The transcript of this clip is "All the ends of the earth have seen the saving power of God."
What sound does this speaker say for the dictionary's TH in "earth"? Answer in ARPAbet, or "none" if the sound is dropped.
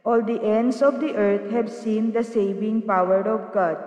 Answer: T